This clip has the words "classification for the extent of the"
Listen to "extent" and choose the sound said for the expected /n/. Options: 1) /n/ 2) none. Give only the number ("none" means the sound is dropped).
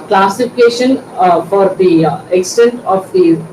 1